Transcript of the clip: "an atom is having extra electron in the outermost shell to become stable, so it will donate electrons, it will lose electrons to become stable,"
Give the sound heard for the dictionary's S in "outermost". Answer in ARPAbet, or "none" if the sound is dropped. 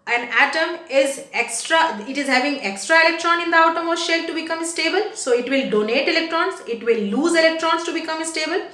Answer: none